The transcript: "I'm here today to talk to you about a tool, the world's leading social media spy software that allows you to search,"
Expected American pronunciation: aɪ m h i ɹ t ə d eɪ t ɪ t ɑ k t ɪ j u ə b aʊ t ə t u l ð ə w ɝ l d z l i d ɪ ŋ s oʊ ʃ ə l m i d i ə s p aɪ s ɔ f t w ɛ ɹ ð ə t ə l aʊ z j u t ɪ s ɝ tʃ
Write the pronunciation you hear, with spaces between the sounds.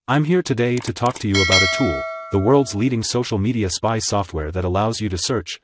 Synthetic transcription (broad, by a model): aɪ m h i ɹ t ə d eɪ t ɪ t ɑ k t ɪ j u ə b aʊ t ə t u l ð ə w ɝ l d z l i d ɪ ŋ s oʊ ʃ l m i d i ə s p aɪ s ɔ f t w ɛ ɹ ð ə t ə l aʊ z j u t ɪ s ɝ tʃ